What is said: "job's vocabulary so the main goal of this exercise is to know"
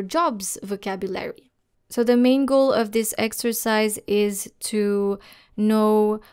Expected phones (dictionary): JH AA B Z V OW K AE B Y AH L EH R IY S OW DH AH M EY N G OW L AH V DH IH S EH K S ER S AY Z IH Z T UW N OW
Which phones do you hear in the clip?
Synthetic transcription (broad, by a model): JH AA B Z V OW K AE B Y AH L EH R IY S OW DH AH M EY N G OW L AH V DH IH S EH K S ER S AY Z IH Z T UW N OW